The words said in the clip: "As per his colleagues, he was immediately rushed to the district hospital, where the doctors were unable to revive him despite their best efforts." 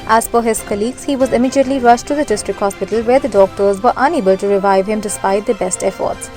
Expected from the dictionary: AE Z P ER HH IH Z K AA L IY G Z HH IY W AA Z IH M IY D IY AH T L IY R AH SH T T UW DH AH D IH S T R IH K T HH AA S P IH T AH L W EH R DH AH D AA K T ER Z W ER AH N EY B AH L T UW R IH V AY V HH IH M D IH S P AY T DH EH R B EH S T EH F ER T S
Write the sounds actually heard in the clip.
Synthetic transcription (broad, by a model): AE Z F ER HH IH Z K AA L IY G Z HH IY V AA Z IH M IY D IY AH T L IY R AH SH T T UW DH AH D IH S T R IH K HH AA S P IH T AH L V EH R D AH D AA K T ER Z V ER AH N EY B AH L T UW R IH V AY V HH IH M D IH S P AY T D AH B EH S T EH F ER T S